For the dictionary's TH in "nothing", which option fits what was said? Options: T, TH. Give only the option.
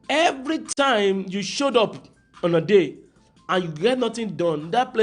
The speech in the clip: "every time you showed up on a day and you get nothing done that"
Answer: T